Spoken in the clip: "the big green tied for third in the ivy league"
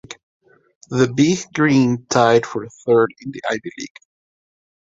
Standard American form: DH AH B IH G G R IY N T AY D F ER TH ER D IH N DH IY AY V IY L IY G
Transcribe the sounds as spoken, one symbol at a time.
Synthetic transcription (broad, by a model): DH AH B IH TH G R IY N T AY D F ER TH ER D IH N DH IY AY B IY L IY G